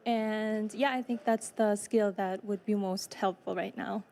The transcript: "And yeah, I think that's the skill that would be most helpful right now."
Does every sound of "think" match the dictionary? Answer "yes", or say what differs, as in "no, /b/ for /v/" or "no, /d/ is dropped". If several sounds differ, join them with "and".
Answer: yes